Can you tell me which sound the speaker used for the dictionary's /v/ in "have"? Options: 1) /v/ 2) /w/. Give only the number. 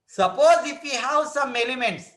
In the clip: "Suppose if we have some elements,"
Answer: 2